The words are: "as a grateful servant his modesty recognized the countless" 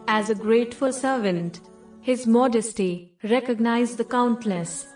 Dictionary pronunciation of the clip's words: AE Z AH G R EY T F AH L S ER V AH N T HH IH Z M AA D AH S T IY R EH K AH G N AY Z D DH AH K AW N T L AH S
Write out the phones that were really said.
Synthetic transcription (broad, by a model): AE Z AH G R EY T F AH L S ER V AH N T HH IH Z M AA D AH S T IY R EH K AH G N AY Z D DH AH K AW N T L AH S